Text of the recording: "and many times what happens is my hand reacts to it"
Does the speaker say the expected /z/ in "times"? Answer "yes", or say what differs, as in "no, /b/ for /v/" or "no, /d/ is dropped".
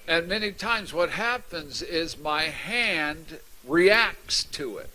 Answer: yes